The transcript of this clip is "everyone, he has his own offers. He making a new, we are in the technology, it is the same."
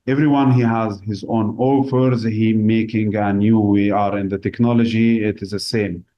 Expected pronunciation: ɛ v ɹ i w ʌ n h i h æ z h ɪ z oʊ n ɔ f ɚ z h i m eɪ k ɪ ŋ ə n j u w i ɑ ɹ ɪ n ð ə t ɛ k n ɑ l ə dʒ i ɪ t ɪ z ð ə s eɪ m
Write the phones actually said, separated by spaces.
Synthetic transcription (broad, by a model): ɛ v ɹ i w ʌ n h i h æ z h ɪ z oʊ n ɔ f ɚ z h i m eɪ k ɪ ŋ ə n j u w i ɑ ɹ ɪ n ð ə t ɛ k n ɑ l ə dʒ i ɪ t ɪ z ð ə s eɪ m